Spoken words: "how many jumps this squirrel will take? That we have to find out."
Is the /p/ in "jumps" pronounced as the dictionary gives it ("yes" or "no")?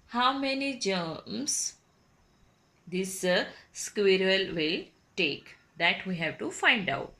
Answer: no